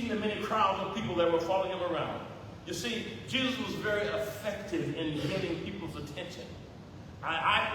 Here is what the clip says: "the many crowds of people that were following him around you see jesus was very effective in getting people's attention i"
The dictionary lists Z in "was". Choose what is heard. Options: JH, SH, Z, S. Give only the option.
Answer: Z